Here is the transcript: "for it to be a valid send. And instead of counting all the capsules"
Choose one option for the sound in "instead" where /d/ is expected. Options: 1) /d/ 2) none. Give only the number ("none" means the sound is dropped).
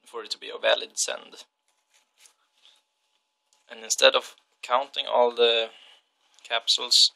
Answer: 1